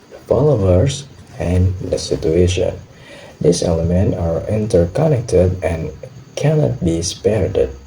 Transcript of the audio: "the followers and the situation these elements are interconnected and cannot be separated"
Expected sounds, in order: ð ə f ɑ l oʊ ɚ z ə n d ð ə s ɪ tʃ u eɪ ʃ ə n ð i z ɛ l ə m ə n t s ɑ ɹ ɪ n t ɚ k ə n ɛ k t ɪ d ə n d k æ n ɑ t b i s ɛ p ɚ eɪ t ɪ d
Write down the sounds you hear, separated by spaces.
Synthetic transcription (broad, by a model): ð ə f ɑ l oʊ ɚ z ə n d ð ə s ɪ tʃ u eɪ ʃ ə n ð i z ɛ l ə m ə n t ɑ ɹ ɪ n t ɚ k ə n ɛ k t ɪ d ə n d k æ n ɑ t b i s p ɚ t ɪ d